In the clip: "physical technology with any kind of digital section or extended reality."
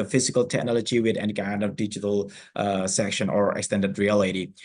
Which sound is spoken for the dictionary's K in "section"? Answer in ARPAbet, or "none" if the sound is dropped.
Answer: K